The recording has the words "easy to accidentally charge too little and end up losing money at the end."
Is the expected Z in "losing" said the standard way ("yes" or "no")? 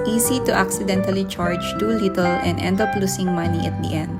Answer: no